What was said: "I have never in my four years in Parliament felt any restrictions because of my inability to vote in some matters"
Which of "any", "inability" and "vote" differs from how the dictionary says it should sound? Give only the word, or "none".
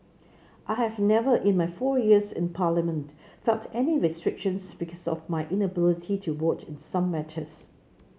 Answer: vote